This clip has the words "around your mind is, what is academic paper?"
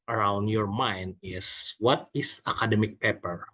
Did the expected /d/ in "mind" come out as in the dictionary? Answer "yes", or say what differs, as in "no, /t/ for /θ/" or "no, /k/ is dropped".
yes